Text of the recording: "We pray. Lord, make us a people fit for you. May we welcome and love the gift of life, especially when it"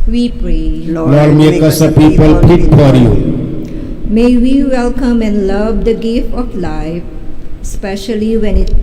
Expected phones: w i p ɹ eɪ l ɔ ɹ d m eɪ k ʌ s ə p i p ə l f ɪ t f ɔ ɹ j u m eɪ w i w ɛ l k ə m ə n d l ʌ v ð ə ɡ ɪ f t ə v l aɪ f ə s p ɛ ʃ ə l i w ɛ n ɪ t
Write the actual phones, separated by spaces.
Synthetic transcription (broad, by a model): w i p ɹ eɪ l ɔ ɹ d m eɪ k ʌ s ə p i p ə l p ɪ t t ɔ ɹ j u m eɪ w i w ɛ l k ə m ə n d l ʌ v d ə ɡ ɪ f t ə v l aɪ f s p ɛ ʃ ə l i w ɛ n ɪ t